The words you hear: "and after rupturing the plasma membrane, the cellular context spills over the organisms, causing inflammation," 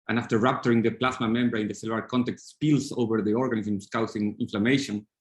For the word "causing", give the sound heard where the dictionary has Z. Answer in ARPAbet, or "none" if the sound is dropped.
S